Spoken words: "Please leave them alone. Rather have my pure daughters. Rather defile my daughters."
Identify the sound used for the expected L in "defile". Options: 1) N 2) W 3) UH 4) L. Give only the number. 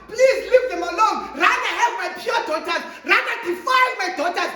1